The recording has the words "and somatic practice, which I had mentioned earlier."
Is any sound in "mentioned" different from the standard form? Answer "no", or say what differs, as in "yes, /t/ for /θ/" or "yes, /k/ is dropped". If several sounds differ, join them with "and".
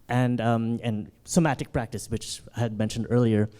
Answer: no